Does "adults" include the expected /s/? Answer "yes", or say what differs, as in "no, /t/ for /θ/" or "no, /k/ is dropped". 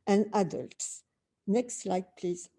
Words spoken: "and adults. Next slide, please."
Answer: yes